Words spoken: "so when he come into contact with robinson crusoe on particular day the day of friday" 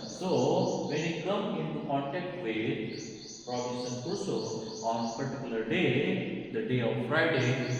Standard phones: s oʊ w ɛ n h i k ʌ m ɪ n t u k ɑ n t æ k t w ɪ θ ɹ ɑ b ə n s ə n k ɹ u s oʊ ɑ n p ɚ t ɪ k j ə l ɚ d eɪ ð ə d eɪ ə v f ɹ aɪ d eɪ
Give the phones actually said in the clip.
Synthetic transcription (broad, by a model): s oʊ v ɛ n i k ʌ m ɪ n t u k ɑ n t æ k t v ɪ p ɹ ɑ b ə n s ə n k u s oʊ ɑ n p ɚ t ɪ k j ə l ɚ d eɪ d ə d eɪ ə v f ɹ aɪ d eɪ